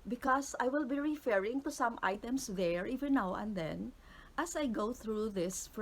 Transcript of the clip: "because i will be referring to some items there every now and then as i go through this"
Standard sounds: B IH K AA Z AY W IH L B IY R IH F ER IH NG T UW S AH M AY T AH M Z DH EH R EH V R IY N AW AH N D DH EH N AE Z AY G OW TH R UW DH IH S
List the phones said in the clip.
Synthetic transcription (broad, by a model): B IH K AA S AY W IH L B IY R IH F ER IH NG T UW S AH M AY T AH M S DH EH R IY V IY N AW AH N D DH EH N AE S AY G OW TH R UW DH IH S